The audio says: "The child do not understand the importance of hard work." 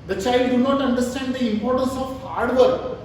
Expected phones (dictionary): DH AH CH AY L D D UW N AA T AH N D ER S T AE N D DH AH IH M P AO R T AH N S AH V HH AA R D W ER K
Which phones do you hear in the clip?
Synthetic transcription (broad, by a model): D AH CH AY L D D UW N AA T AH N D ER S T AE N D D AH IH M P AO R T AH N S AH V HH AA R D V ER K